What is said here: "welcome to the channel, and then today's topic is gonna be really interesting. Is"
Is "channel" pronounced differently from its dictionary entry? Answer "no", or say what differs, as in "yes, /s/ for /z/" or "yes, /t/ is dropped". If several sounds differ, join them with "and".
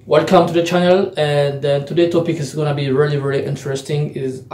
no